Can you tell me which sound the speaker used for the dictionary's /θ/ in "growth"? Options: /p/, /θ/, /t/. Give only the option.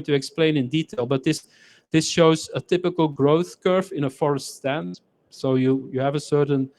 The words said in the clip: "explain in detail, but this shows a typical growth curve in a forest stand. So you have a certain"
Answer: /θ/